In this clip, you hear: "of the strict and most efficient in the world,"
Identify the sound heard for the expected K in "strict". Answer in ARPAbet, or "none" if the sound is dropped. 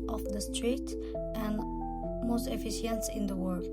none